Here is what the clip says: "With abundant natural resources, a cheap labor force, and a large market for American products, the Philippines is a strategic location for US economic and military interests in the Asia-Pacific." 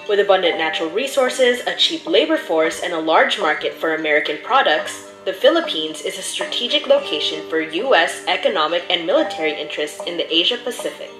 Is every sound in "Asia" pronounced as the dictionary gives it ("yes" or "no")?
yes